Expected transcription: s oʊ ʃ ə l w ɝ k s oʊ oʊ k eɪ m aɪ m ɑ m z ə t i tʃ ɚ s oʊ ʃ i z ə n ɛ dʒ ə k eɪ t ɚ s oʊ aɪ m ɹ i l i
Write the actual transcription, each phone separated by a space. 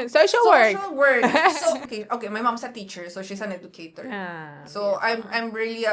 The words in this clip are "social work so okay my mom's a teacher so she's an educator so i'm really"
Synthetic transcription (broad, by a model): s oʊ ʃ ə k w ɝ k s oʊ oʊ k eɪ m aɪ m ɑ m s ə t i tʃ ɚ s oʊ ʃ i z ə n ɛ dʒ ə k eɪ t ɚ s oʊ aɪ m ɹ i l i